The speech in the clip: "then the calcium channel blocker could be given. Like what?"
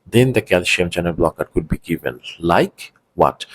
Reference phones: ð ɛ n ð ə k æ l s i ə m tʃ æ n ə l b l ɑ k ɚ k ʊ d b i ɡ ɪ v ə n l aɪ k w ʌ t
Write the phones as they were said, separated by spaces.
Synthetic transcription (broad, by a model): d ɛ n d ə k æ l ʃ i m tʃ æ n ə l b l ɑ k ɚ k ʊ d b i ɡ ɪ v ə n l aɪ k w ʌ t